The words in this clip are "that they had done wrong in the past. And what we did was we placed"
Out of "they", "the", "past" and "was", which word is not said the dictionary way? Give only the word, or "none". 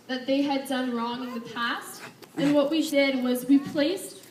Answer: none